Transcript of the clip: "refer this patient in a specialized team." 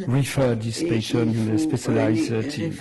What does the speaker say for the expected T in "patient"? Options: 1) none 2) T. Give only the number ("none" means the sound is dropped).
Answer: 1